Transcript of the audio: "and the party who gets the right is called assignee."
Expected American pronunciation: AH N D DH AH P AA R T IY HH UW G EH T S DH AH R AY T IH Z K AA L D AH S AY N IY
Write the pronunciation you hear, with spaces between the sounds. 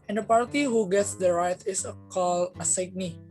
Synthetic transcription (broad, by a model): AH N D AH P AA R T IY HH UW G EH T S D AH R AY T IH S K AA L AH S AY N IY